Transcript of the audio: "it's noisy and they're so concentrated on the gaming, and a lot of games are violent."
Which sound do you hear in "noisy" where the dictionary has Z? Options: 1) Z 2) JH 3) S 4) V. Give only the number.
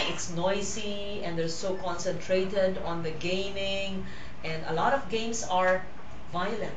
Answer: 3